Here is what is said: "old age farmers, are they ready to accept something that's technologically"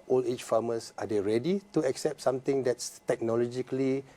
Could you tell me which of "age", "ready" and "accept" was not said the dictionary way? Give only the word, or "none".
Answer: age